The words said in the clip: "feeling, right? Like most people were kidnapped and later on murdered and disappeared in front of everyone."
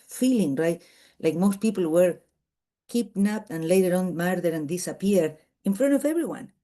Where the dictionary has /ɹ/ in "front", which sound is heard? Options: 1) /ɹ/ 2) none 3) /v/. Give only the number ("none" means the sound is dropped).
1